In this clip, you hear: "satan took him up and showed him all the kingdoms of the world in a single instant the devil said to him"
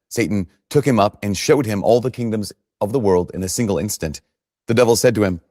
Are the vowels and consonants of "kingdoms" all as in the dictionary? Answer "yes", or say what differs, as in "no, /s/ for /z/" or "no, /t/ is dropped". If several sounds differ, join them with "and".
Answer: yes